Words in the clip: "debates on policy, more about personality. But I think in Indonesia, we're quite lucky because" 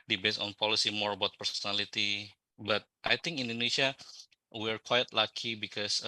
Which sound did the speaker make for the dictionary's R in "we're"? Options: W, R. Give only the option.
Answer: R